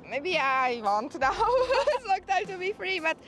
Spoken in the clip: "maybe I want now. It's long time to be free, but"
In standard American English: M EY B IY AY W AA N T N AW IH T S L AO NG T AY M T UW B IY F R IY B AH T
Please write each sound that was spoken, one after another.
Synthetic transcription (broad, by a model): M EY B IY AY W AA N T N AW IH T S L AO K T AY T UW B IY F R IY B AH T